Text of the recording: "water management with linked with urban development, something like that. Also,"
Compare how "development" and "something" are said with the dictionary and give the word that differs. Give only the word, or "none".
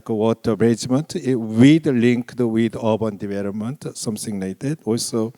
something